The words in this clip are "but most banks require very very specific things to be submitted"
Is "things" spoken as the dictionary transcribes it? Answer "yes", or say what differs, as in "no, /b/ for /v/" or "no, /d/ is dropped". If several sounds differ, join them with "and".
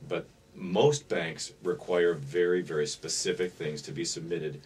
yes